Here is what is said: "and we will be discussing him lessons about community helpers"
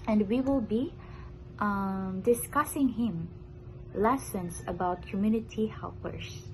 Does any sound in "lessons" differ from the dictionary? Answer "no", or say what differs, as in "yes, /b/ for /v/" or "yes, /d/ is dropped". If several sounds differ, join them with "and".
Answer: yes, /s/ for /z/